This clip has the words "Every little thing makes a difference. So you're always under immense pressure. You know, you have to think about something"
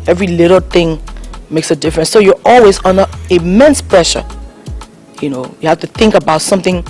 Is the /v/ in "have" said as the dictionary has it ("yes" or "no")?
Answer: no